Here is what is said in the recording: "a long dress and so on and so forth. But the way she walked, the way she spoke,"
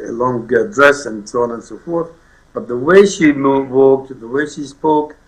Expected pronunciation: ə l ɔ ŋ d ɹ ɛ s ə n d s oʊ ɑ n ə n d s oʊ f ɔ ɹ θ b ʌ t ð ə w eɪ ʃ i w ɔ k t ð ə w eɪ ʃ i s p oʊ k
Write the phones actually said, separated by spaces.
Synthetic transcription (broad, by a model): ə l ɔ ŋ d ɹ ɛ s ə n s oʊ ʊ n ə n s oʊ f ɔ ɹ θ b ʌ t ð ə w eɪ ʃ i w ɔ k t ð ə w eɪ ʃ i s p oʊ k